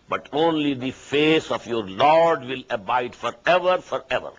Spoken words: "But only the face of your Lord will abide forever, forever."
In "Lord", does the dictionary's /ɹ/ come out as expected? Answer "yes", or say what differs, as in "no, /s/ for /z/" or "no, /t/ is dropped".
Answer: yes